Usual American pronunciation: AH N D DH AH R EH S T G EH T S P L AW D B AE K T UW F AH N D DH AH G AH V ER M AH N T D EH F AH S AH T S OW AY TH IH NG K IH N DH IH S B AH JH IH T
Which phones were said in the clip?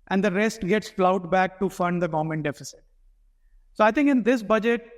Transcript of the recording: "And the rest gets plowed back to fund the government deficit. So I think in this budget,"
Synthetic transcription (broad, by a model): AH N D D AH R EH S T G EH T S F L AW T B AE K T UW F AH N D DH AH G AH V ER M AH N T D EH F AH S AH T S OW AY T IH NG K IH N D IH S B AH JH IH T